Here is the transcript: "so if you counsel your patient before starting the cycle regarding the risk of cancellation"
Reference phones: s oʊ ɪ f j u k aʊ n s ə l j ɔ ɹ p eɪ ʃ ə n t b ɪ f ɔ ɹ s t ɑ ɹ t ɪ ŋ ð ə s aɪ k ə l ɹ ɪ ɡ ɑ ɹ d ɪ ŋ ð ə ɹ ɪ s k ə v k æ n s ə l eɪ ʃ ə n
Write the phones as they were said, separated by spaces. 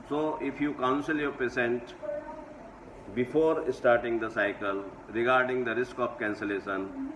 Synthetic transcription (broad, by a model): s oʊ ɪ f j u k aʊ n s ə l j ɔ ɹ p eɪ s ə n t b ɪ f ɔ ɹ s t ɑ ɹ t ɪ ŋ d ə s aɪ k ə l ɹ ɪ ɡ ɑ ɹ d ɪ ŋ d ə ɹ ɪ s k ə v k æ n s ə l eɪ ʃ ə n